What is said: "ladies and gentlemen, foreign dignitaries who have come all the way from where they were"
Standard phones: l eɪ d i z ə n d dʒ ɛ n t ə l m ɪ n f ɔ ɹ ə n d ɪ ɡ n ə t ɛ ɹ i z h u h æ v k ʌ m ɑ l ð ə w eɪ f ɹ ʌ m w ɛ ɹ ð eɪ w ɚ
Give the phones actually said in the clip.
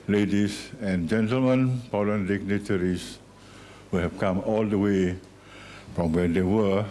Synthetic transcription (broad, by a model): l eɪ d i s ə n dʒ ɛ n t ə l m ɪ n p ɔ l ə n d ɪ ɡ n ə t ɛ ɹ i s h u h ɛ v k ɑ m ɑ l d ə w eɪ f ɹ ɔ m w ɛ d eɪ w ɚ